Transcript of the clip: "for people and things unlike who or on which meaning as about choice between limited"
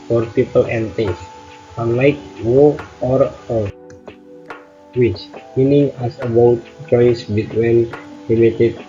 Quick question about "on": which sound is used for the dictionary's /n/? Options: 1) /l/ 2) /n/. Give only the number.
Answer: 1